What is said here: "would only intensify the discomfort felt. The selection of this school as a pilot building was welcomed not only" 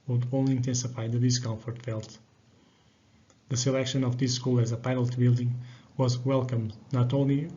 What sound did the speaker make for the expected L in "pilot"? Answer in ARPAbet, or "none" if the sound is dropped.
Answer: N